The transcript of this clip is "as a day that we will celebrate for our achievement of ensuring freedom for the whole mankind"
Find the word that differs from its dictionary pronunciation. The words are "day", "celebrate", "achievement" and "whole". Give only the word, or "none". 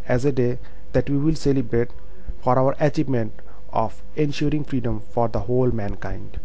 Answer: none